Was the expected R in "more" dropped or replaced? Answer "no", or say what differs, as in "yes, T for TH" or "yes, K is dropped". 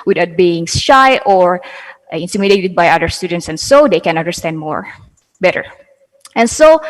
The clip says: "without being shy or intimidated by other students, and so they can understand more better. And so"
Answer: no